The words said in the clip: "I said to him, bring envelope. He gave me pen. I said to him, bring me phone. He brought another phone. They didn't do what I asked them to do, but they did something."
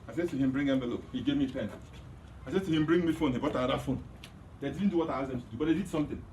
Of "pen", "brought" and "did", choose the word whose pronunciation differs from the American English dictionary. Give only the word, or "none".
brought